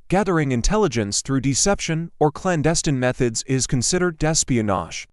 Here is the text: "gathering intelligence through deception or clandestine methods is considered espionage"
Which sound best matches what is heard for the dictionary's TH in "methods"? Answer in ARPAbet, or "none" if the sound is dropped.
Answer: TH